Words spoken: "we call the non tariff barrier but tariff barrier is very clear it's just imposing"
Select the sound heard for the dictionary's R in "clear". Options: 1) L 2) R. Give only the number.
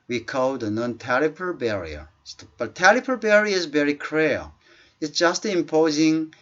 1